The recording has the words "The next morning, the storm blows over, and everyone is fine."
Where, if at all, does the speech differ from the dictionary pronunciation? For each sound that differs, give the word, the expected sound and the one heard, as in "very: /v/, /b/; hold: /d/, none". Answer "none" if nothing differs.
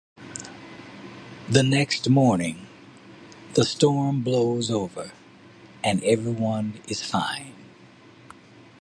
none